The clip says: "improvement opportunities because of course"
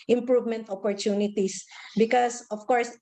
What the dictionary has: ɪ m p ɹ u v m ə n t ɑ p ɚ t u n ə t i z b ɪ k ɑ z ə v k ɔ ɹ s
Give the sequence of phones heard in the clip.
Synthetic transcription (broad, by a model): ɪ m p ɹ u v m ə n t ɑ p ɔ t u n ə t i s b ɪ k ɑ s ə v k ɔ ɹ s